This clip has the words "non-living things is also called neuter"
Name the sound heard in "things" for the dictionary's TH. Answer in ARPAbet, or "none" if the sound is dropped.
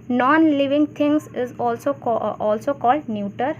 T